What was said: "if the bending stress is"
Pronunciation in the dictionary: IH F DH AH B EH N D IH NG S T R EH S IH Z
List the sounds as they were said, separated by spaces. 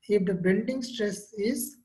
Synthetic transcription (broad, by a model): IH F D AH B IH L D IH NG S T R EH S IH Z